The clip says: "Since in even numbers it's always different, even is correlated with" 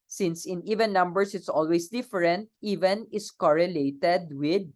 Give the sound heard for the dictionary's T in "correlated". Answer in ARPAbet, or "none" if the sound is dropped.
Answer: T